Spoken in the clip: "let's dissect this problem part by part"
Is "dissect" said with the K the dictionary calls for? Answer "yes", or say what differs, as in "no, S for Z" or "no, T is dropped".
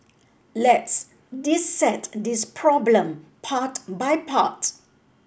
no, K is dropped